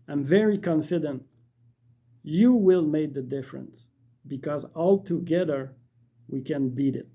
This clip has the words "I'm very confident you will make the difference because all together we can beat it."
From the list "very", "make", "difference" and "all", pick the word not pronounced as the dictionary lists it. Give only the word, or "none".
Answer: none